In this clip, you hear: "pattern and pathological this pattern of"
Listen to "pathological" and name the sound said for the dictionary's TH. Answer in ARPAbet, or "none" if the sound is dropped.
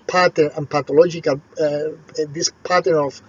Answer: T